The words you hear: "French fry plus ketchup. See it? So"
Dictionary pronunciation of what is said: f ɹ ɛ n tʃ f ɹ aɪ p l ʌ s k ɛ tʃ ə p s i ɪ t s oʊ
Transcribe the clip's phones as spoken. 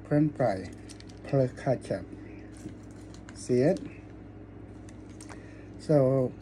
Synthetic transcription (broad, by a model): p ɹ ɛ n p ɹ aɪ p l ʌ k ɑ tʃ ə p s i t s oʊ